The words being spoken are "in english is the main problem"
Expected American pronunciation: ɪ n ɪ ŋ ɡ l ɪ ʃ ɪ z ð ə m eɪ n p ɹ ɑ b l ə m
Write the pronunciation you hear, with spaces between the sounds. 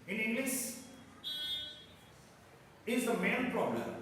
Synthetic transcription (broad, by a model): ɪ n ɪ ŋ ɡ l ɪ s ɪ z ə m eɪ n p ɹ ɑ b l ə m